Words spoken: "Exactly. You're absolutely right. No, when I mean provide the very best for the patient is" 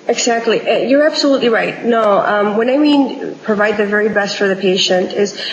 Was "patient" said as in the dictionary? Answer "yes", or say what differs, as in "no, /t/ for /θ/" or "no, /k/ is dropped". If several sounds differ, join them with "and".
yes